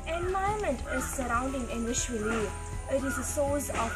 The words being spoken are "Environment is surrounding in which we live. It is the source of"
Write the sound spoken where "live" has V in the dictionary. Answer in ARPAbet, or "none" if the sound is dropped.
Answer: none